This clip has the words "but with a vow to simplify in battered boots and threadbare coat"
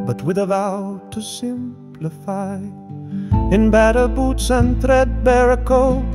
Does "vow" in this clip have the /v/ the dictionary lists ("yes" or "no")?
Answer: yes